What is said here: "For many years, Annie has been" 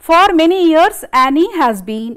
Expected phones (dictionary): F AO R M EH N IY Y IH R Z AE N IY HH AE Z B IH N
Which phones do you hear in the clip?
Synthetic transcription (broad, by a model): F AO R M EH N IY Y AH R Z AE N IY HH AE Z B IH N